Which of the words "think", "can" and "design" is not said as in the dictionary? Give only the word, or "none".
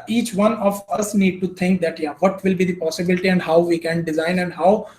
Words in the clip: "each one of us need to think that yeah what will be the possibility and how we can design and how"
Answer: think